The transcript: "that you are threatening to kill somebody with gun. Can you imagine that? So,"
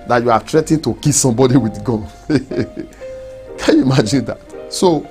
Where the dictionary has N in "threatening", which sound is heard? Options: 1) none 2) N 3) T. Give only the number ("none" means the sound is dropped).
1